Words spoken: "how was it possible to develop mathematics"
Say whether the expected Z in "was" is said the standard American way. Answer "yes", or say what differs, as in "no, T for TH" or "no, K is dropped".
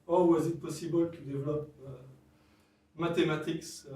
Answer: yes